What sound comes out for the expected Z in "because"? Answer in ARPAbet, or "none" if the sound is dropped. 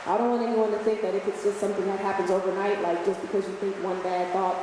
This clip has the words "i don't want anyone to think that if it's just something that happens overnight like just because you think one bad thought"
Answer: Z